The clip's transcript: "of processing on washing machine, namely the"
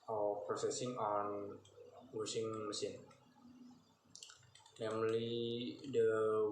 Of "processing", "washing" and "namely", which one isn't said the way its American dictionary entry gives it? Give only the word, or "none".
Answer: washing